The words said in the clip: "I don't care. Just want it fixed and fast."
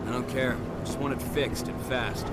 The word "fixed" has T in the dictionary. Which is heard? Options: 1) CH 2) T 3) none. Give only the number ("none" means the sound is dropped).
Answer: 2